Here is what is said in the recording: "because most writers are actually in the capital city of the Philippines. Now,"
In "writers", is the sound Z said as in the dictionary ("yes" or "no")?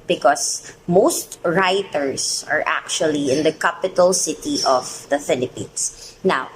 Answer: no